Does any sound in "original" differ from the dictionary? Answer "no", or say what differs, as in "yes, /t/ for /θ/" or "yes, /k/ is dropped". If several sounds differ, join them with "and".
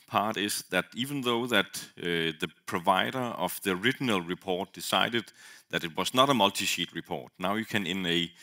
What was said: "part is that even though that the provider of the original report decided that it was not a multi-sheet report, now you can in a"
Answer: no